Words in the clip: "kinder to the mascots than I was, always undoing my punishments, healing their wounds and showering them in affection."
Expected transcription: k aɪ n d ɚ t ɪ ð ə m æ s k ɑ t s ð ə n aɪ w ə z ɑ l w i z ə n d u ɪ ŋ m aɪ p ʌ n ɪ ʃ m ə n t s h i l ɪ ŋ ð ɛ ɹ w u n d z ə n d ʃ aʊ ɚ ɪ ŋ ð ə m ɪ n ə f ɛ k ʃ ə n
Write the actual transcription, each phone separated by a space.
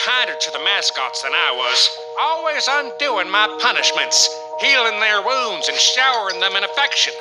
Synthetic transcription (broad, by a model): aɪ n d ɚ t ɪ ð ə m æ s k ɑ t s ð ə n aɪ w ə z ɑ l w i z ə n d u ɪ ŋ m aɪ p ʌ n ɪ ʃ m ə n t s h i l ɪ ŋ ð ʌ ɹ w u n d z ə n ʃ aʊ ɚ ɪ ŋ ð ə m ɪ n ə f ɛ k ʃ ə n